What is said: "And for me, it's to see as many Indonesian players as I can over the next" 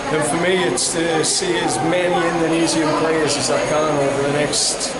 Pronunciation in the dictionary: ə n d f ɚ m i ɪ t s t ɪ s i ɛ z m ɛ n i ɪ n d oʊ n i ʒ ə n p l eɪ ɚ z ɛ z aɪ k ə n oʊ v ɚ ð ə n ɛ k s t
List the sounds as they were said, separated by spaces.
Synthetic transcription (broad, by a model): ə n f ɚ m i ɪ t s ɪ s i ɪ z m ɛ n i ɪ n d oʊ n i z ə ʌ p l eɪ ɚ z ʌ z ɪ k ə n oʊ v ɚ ð ə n ɛ k s t